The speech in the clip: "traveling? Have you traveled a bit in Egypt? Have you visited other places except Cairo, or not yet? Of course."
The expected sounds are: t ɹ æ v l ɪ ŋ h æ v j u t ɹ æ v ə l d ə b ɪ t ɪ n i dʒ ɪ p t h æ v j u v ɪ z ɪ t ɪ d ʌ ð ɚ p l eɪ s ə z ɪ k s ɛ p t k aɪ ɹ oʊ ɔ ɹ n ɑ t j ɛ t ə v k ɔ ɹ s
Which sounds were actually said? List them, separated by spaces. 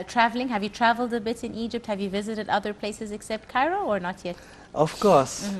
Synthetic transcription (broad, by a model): t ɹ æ v l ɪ ŋ h æ v j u t ɹ æ v ə l d ə b ɪ t ɪ n i dʒ ɪ p t h æ v j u v ɪ z ɪ t ɪ d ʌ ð ɚ p l eɪ s ə z ɪ k s ɛ p t k aɪ ɹ oʊ ɔ ɹ n ɑ t j ɛ t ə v k ɔ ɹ s